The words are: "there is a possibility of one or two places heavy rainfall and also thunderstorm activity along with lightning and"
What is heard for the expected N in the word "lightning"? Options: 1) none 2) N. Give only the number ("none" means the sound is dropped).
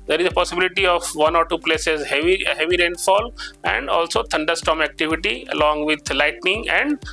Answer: 2